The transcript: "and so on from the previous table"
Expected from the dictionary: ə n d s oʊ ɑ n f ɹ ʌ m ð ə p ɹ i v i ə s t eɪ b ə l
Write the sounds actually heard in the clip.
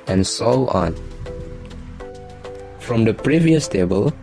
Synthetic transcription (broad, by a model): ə n s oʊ ɑ n f ɹ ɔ m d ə p ɹ i v i ə s t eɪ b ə l